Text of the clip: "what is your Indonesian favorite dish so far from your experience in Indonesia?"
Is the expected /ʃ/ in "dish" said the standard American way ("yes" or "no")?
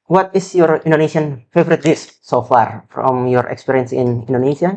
no